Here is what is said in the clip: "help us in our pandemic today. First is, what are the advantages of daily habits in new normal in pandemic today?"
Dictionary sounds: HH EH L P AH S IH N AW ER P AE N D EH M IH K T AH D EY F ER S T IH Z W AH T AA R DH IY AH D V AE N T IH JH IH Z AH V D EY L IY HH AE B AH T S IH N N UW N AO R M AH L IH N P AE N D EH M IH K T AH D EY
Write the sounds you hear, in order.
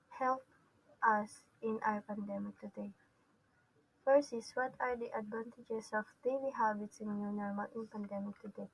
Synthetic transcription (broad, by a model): HH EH L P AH S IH N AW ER P AE N D EH M IH K T AH D EY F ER S IH S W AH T AA R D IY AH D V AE N T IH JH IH S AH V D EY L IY HH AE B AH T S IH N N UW N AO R M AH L IH N P AE N D EH M IH K T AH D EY